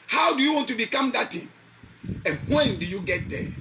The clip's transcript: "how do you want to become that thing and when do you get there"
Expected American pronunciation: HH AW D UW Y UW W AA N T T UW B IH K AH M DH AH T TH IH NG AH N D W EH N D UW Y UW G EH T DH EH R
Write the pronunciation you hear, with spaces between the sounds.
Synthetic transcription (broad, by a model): HH AW D UW Y UW W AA N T T UW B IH K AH M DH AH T T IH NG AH N W EH N D UW Y UW G EH T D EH